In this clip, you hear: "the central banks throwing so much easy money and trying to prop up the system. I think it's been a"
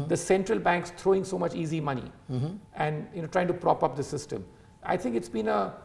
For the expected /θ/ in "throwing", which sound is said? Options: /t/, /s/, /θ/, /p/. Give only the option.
/t/